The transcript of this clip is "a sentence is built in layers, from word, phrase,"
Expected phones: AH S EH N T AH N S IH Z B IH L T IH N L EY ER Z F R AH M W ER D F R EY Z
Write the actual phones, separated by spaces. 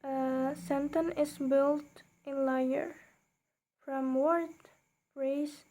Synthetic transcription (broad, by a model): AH S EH N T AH N IH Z B IH L T IH N L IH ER F R AH M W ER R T R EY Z